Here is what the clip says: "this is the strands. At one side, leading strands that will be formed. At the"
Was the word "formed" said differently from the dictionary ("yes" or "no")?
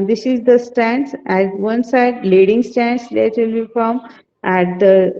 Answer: yes